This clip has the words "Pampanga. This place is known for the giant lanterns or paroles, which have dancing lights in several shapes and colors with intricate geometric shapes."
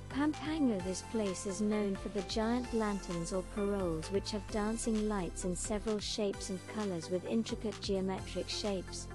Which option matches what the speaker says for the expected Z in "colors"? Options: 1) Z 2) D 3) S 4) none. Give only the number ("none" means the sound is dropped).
1